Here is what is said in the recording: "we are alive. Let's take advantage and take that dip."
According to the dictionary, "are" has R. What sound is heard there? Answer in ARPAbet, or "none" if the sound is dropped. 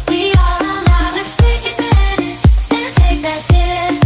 L